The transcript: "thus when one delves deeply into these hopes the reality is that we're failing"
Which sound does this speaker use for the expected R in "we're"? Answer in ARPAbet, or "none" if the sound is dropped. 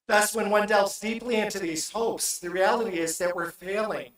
R